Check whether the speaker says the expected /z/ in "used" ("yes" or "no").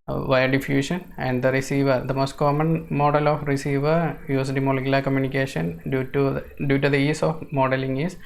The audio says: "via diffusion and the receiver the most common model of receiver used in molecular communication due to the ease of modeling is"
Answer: no